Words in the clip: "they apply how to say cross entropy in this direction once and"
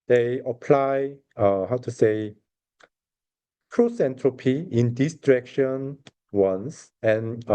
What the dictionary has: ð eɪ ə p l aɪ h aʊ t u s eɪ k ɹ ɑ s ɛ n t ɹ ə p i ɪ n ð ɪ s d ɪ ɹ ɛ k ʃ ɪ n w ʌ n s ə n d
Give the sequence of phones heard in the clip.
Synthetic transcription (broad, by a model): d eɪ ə p l aɪ h aʊ t u s eɪ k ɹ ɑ s ɛ n t ɹ ə p i ɪ n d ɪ s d ɹ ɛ k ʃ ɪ n w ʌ n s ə n